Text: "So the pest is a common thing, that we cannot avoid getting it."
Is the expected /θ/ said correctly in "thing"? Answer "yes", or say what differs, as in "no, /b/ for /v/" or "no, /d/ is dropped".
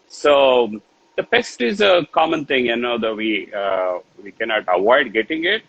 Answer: no, /t/ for /θ/